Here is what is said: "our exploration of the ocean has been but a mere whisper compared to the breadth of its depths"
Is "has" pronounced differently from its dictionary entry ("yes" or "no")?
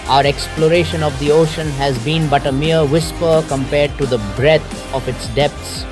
no